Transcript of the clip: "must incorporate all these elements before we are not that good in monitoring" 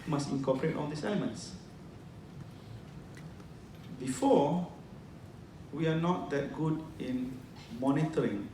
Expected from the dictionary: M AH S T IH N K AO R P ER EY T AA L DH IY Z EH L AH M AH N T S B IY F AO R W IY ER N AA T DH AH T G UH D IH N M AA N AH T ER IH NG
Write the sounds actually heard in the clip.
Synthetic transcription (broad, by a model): M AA S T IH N K AO P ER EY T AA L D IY S EH L AH M AH N T S B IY F AO W IY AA N AA T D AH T G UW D IH N M AA N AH T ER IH NG